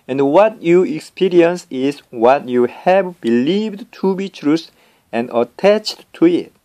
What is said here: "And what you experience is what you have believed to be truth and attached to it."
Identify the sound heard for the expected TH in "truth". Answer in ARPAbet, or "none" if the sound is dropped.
S